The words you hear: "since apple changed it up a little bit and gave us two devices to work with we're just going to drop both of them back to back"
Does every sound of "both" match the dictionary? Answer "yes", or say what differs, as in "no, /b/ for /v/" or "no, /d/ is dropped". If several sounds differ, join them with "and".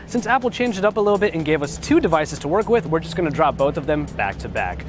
yes